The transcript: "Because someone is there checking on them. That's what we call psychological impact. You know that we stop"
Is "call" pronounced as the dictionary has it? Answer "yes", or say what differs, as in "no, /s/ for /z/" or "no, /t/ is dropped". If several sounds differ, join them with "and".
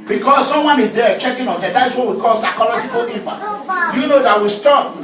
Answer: yes